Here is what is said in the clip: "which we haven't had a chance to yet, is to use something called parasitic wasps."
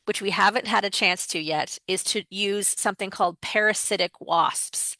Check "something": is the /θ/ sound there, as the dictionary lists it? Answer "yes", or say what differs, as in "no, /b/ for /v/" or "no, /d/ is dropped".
yes